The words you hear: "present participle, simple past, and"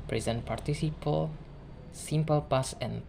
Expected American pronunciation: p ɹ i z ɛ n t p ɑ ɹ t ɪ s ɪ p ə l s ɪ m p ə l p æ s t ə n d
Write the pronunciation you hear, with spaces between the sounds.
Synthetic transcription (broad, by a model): p ɹ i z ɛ n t p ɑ ɹ t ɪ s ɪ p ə l s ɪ m p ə l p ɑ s ə n